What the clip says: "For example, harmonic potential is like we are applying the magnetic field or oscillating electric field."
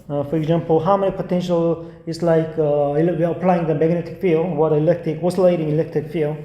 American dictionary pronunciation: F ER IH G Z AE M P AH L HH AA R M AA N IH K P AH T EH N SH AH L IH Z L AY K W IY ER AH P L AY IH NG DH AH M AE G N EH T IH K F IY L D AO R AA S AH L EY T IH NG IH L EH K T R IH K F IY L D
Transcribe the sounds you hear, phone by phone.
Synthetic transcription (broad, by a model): F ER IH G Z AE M P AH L HH AA W M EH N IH P AH T EH N SH AH L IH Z L AY K W IY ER AH P L AY IH NG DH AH M AE G N EH T IH K F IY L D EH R AA S AH L EY T IH NG IH L EH K T R IH K F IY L